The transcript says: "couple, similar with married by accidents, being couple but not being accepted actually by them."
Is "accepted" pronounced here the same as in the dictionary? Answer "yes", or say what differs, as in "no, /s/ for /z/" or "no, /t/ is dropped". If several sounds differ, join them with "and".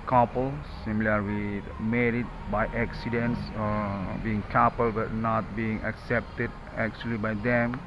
yes